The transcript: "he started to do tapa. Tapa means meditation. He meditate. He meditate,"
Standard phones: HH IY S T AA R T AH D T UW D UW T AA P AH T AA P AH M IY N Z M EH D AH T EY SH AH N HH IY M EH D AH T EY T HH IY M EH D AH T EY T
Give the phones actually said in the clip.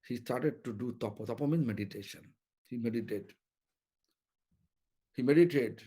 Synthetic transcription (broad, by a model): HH IY S T AA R T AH D T UW D UW T AA P AH T AA P AH M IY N M EH D AH T EY SH AH N HH IY M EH D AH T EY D HH IY M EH D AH T EY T